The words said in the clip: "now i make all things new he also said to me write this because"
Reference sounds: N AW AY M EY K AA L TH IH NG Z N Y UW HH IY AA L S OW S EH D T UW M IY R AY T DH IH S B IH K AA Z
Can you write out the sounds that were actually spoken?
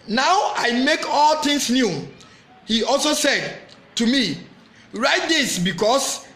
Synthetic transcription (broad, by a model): N AW AY M EY K AA L T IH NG S N Y UW HH IY AA L S OW S EH D T UW M IY R AY T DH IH S B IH K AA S